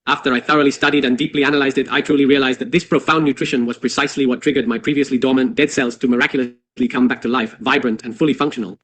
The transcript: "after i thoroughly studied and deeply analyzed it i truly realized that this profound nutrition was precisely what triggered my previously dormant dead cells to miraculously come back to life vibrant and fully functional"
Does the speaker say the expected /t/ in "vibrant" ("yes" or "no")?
yes